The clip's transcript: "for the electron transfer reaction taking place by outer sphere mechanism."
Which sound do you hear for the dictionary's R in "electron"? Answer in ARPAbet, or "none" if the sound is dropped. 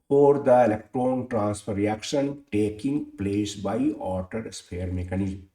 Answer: R